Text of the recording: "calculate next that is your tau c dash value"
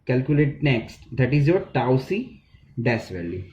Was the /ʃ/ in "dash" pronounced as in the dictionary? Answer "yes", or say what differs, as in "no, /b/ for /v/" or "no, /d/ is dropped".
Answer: no, /s/ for /ʃ/